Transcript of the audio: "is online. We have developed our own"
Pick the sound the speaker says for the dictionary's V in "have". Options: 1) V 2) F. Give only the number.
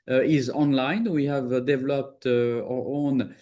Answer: 1